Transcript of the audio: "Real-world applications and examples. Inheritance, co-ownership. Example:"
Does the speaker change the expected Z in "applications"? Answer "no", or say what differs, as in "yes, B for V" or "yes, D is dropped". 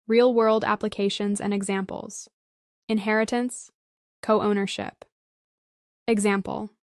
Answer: no